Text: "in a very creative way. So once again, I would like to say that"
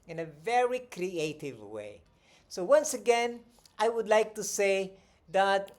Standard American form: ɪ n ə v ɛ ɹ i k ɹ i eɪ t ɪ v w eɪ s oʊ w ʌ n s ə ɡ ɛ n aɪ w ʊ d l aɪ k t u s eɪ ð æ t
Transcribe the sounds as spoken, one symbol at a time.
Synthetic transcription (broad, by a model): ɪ n ə v ɛ ɹ i k ɹ i eɪ t ɪ v w eɪ s oʊ w ʌ n s ə ɡ ɛ n aɪ w ʊ d l aɪ k t u s eɪ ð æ t